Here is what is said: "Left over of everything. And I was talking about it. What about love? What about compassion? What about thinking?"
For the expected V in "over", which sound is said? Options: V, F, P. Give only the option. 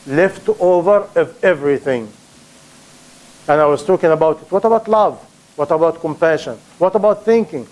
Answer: V